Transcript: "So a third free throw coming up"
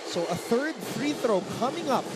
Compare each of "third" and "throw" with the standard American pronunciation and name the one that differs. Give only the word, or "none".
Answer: none